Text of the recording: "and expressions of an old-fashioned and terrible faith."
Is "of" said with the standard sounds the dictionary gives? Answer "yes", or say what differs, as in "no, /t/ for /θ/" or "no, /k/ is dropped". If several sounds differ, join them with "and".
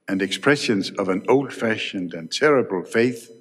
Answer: yes